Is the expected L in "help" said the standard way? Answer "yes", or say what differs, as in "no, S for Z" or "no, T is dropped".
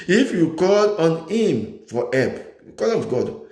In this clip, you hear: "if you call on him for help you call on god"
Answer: no, L is dropped